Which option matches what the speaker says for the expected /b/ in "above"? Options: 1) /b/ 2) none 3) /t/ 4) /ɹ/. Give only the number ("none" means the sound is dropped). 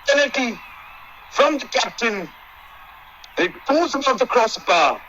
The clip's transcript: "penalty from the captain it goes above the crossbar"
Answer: 2